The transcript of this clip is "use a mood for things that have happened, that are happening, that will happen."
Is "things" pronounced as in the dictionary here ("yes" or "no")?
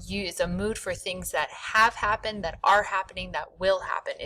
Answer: yes